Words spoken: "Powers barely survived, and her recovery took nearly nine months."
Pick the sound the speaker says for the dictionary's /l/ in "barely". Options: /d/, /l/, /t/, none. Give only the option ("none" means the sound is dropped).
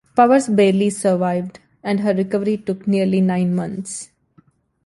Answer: /l/